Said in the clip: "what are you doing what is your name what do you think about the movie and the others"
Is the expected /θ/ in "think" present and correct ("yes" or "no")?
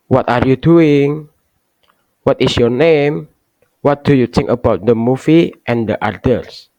no